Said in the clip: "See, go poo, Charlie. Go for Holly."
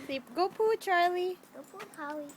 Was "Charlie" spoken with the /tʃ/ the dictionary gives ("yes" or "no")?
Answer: yes